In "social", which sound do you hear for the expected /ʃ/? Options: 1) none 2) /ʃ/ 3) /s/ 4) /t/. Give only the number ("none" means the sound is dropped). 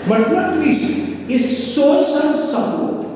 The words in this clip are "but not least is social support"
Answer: 3